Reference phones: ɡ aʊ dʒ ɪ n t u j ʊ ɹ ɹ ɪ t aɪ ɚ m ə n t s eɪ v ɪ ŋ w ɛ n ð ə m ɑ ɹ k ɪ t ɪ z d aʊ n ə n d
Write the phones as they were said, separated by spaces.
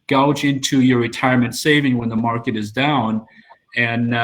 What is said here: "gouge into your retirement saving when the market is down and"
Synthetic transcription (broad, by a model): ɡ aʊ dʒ ɪ n t u j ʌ ɹ ɹ ɪ t aɪ ɚ m ə n t s eɪ v ɪ ŋ w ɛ n ð ə m ɑ ɹ k ɪ t ɪ z d aʊ n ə n